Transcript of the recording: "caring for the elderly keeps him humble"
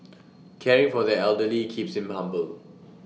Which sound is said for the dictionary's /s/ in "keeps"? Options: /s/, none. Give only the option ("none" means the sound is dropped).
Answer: /s/